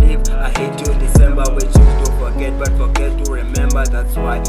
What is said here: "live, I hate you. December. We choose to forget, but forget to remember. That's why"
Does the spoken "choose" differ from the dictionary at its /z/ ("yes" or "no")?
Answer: yes